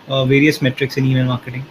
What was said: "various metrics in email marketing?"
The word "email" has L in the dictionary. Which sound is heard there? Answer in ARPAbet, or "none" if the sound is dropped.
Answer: N